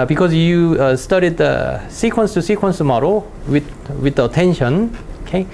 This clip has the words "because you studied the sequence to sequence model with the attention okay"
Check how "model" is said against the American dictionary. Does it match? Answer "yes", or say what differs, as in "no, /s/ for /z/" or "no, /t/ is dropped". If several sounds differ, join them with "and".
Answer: no, /w/ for /l/